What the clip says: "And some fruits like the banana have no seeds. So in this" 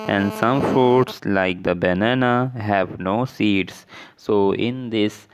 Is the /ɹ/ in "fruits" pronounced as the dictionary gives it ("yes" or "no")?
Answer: no